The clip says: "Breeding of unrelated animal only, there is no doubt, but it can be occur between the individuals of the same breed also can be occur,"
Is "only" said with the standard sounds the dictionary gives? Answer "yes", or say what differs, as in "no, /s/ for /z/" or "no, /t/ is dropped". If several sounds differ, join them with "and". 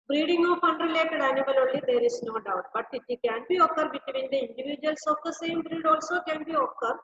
no, /n/ is dropped